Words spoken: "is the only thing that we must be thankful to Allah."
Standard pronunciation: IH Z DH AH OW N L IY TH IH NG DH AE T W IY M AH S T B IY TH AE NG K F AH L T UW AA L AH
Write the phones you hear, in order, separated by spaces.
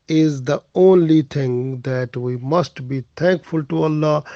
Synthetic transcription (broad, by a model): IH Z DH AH OW N L IY T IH NG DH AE T W IY M AH S T B IY T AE NG K F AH L T UW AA L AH